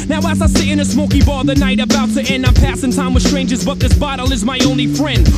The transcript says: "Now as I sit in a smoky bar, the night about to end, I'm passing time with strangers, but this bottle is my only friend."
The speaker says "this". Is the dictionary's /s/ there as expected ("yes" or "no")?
yes